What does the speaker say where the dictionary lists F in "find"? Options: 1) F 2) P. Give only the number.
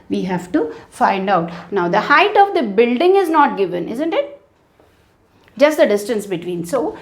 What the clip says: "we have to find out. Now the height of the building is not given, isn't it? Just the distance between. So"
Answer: 1